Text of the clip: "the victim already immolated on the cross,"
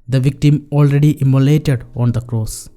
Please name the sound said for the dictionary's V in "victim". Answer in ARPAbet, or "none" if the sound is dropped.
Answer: V